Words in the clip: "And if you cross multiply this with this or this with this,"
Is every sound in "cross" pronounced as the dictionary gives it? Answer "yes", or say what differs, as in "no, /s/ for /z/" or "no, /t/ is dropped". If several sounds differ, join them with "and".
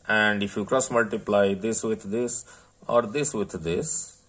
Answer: yes